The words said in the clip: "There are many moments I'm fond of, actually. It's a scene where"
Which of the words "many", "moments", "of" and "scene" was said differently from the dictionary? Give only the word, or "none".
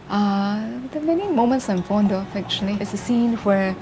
of